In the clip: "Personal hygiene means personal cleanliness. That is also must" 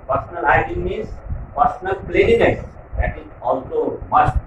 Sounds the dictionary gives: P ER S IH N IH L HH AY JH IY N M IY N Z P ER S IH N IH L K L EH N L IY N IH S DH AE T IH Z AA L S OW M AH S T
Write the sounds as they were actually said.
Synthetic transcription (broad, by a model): P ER S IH N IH L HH AY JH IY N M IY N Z P ER S IH N IH L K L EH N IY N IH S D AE T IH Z AA L S OW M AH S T